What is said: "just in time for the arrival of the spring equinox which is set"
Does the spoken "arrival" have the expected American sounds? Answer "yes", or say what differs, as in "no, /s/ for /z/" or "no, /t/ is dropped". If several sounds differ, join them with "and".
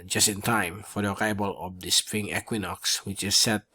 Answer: no, /b/ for /v/